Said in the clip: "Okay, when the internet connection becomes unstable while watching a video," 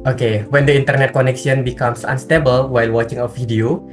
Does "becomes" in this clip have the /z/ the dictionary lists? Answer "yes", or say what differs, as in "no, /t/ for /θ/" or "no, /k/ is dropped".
no, /s/ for /z/